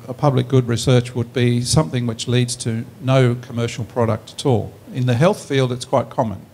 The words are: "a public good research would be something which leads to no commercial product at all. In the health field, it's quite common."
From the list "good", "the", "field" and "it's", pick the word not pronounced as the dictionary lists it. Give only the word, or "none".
none